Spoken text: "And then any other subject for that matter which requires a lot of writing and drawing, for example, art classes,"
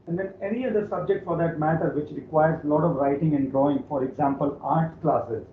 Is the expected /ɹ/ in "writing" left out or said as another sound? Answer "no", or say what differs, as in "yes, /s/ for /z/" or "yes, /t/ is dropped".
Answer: no